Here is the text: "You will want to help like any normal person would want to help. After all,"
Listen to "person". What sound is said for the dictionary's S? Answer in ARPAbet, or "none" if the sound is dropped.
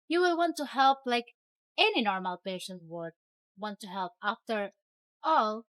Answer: SH